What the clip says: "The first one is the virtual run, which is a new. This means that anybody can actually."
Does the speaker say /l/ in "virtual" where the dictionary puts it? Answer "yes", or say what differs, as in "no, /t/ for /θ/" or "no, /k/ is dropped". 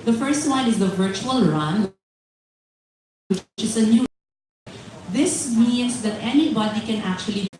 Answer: yes